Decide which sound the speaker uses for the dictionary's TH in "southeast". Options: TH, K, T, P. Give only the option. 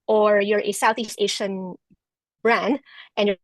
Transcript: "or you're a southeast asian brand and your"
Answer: TH